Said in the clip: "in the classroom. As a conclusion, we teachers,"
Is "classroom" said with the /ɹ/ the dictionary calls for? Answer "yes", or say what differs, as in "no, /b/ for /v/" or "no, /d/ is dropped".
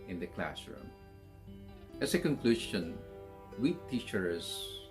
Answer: yes